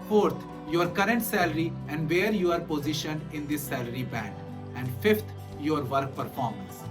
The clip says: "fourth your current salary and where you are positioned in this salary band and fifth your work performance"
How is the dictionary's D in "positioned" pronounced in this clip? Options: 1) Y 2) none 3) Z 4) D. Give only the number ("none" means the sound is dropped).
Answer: 2